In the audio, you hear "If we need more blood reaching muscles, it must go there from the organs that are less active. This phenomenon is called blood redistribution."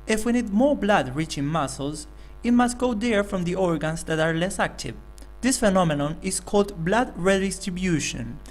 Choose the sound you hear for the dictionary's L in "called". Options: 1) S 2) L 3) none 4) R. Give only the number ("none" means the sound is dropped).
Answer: 2